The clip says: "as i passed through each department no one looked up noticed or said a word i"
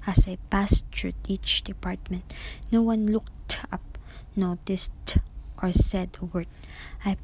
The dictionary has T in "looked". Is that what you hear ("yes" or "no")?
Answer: yes